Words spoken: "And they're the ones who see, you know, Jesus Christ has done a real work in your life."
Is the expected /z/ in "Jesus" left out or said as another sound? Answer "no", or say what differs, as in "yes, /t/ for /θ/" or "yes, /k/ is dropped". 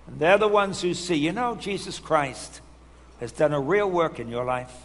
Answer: no